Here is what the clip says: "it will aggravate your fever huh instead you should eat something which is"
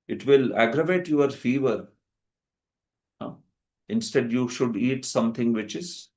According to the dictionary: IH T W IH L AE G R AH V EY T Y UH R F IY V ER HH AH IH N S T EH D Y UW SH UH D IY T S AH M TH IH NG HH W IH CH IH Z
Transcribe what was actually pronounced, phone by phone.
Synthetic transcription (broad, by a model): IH T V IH L AE G R AH V EY T Y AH R F IY V ER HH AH IH N S T EH D Y UW SH UH D IY T S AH M T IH NG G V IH CH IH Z